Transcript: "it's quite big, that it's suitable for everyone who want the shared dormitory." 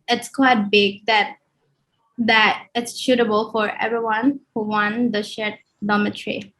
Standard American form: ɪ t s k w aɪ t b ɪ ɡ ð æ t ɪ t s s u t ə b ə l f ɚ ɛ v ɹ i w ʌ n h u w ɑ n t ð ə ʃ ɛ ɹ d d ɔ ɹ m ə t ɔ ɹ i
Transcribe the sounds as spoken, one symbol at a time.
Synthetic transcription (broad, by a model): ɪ t s k w aɪ t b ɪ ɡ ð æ t ɪ t s ʃ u t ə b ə l f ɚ ɛ v ɹ i w ʌ n h u w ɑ n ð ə ʃ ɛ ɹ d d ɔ m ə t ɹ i